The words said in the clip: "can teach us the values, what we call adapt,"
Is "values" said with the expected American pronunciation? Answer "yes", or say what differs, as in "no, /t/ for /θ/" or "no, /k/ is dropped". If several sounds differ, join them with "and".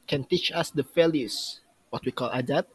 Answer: no, /f/ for /v/